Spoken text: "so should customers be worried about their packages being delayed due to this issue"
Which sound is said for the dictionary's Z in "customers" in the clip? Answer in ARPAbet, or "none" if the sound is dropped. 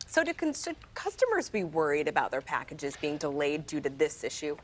Z